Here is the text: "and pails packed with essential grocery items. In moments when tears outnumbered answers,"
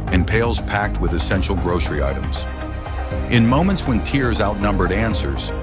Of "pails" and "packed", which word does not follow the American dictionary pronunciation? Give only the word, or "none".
none